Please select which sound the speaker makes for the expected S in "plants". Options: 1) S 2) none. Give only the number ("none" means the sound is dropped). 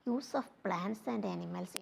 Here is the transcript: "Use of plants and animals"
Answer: 1